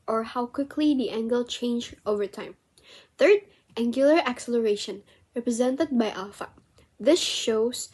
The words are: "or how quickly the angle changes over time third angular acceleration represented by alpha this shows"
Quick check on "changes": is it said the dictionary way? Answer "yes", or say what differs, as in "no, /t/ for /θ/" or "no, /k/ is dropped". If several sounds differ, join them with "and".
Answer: no, /z/ is dropped